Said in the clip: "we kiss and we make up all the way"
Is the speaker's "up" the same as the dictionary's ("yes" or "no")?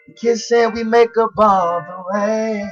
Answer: no